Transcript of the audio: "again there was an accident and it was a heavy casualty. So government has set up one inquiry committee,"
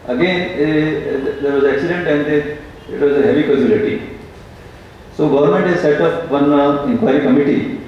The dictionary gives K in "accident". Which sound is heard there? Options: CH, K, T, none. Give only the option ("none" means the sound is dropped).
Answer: K